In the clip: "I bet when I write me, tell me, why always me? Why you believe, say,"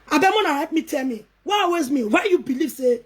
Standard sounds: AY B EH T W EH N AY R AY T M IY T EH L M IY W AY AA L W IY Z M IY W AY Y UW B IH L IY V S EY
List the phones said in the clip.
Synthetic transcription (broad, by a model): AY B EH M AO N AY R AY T M IY T EH L M IY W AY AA W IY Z M IY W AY Y UW B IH L IY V S EY